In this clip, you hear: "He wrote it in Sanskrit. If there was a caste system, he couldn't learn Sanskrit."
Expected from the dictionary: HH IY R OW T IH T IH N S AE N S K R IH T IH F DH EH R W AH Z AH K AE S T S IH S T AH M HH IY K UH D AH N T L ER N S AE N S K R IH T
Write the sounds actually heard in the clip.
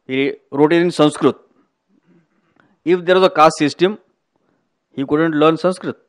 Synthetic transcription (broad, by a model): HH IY R OW T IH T IH N S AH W S K R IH T IH F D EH R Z AH K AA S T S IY S T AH M HH IY K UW D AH N T L ER N S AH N S K R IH T